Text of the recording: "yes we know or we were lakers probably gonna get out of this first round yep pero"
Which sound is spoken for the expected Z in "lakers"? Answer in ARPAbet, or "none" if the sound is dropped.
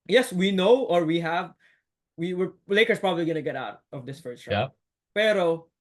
S